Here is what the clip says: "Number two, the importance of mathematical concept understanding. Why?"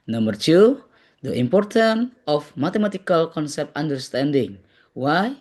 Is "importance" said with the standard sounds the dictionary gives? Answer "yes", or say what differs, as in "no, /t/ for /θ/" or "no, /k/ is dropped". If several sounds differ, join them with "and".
no, /s/ is dropped